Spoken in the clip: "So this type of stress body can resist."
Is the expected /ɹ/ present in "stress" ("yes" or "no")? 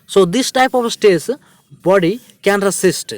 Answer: no